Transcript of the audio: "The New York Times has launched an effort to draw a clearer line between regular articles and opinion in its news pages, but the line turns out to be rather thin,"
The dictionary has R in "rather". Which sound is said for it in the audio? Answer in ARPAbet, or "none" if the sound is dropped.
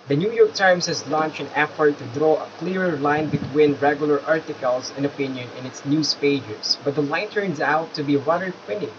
W